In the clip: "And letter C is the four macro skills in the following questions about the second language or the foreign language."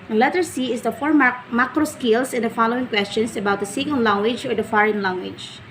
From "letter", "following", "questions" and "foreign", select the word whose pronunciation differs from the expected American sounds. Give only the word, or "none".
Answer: questions